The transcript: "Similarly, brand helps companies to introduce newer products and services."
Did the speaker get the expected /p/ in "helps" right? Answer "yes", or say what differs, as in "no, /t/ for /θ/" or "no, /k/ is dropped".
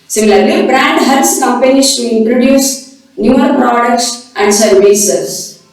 no, /p/ is dropped